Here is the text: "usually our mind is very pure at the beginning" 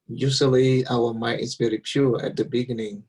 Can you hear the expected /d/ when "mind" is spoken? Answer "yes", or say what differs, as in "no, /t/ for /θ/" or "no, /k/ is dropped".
no, /d/ is dropped